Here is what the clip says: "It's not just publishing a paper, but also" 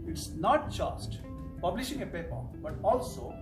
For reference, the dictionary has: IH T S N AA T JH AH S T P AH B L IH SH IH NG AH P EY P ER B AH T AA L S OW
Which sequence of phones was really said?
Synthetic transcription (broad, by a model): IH T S N AA T JH AH S T P AH B L IH SH IH NG AH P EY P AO B AH T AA L S OW